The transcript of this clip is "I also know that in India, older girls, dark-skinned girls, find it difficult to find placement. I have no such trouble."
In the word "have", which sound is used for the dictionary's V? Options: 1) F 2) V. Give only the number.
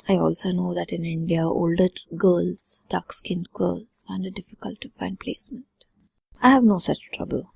2